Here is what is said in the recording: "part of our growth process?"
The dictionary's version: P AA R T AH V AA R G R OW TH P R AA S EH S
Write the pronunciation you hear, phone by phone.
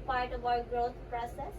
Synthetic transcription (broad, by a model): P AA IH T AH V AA G R OW T P R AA S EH S